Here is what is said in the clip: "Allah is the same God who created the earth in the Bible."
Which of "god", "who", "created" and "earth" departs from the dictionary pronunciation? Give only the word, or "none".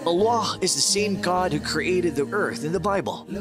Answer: none